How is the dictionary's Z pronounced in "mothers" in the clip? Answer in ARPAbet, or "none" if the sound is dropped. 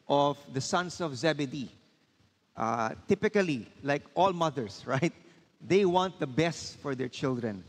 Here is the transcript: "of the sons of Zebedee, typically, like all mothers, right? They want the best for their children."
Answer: S